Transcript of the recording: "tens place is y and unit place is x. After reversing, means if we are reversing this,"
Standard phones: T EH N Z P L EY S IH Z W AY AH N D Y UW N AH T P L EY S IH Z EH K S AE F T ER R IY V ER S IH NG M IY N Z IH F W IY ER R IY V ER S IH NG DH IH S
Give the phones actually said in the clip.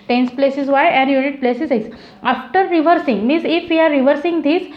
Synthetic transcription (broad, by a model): T EH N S P L EY S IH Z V AY AH N D Y UW N AH T P L EY S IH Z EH S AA F T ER R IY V ER S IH NG M IY N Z IH F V IY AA R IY V ER S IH NG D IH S